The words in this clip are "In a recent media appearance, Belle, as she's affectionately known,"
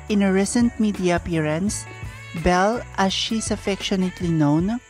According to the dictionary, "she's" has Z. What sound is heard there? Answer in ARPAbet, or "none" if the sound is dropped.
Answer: S